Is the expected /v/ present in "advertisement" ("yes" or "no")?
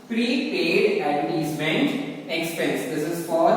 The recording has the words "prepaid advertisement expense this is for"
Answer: no